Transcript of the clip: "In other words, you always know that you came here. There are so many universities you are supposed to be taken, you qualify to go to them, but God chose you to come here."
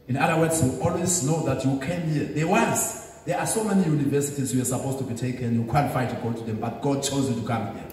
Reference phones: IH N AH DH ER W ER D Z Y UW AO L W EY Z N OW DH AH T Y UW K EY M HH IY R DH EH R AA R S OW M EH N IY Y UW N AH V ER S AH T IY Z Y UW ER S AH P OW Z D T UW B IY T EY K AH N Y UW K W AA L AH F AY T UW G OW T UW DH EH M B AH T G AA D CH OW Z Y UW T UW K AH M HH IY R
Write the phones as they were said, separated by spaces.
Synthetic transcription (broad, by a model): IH N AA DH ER W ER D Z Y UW AO L W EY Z N OW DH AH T Y UW K EY M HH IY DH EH W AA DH S OW M EH N IY Y UW N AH V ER S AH T IY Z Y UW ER S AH P OW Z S T UW B IY T EY K AH N Y UW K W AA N F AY T UW G OW T UW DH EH M B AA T G AA D CH OW Z Y UW T UW K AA M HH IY